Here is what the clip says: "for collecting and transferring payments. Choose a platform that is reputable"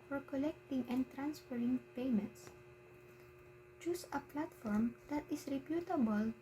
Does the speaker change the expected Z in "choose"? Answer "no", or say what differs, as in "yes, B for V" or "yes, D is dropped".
yes, S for Z